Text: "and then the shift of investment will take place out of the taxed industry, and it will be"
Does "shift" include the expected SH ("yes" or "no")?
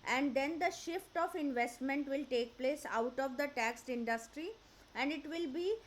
yes